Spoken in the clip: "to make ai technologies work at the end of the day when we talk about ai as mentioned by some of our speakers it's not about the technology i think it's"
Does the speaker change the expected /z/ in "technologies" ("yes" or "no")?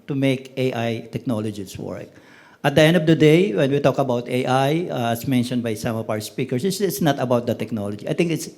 yes